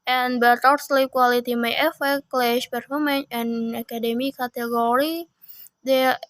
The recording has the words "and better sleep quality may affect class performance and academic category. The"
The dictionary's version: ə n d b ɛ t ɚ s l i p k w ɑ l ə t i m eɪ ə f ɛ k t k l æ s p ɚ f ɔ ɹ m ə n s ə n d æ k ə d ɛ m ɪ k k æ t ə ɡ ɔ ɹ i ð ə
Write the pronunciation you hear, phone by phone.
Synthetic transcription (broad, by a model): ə n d b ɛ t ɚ s l i p k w ɑ l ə t i m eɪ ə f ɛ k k l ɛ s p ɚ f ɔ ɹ m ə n ə n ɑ k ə d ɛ m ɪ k k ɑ t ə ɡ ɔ ɹ i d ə